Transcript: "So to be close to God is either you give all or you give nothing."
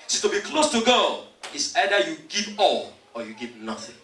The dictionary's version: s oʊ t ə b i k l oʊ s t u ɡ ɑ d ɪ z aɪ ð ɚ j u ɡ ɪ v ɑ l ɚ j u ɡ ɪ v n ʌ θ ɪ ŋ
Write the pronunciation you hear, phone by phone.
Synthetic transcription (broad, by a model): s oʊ t ə b i k l oʊ s t u ɡ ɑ ɪ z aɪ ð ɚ j u ɡ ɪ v ɑ l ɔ j u ɡ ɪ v n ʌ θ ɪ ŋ